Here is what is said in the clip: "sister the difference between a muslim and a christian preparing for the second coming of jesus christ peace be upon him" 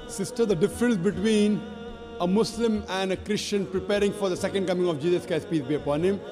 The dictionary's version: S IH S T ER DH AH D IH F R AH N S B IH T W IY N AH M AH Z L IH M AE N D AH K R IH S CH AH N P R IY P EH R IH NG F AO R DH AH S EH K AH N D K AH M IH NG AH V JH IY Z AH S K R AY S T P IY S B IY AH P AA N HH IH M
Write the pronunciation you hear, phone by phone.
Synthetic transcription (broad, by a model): S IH S T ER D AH D IH F R AH N S B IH T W IY N AH M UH S L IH M AE N D AH K R IH S CH AH N P R IY P EH R IH NG F AO R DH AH S EH K AH N D K AH M IH NG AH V JH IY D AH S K AY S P IY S B IY AH P AA N HH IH M